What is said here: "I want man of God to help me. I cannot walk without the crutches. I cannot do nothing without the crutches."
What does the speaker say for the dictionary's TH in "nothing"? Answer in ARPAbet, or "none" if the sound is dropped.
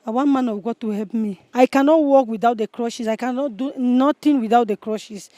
T